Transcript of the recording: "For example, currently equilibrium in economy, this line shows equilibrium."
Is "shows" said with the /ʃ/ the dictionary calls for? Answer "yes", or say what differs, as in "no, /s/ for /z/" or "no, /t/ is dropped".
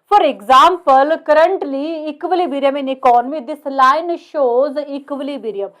yes